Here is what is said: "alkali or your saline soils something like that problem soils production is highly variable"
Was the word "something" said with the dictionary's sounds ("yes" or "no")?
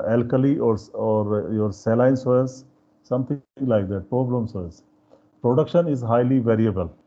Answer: no